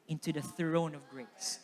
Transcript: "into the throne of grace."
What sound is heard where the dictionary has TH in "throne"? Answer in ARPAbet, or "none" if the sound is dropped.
TH